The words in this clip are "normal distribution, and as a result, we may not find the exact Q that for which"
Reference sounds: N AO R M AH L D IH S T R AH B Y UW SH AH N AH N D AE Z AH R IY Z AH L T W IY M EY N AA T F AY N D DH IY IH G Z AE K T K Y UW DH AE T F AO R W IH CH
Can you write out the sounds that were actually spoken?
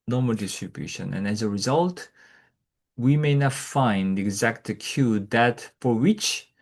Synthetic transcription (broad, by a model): N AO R M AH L D IH S T R AH B Y UW SH AH N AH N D AE Z AH R IY Z AH L T W IY M EY N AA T F AY N D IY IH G Z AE K T K Y UW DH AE T F AO R W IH CH